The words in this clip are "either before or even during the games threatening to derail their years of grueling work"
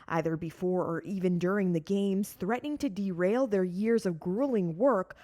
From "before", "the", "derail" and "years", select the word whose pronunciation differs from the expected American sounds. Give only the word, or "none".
none